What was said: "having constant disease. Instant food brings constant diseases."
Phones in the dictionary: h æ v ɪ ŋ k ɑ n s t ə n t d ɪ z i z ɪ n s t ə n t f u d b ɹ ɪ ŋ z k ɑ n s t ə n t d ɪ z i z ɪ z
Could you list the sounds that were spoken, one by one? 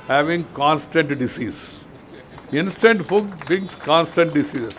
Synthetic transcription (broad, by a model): h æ v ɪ ŋ k ɑ n s t ə n t d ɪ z i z ɪ n s t ə n t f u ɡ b ɪ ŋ s k ɑ n s t ə n t d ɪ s i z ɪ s